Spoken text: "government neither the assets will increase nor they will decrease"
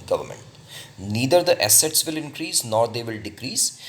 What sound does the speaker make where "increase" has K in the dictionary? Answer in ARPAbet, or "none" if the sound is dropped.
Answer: K